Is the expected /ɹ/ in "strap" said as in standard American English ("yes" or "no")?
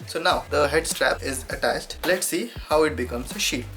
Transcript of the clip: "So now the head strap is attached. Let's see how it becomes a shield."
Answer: yes